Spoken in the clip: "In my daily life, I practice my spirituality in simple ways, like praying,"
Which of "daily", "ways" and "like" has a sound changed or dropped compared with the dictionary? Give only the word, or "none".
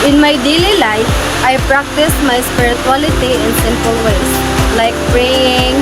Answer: ways